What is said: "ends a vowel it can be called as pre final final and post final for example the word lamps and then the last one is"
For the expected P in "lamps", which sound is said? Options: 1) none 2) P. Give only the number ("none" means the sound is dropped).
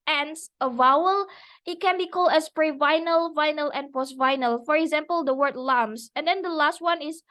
1